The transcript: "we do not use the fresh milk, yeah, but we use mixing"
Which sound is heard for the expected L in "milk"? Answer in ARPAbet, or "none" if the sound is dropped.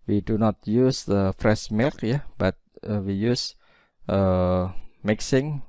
L